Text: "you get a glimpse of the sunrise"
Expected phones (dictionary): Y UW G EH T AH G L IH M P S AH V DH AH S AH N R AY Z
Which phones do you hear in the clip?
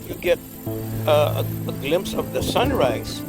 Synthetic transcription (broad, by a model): Y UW G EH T AH G L IH M P S AH V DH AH S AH N R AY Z